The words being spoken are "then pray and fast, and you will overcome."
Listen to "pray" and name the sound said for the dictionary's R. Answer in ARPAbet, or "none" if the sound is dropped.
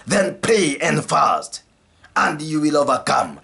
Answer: none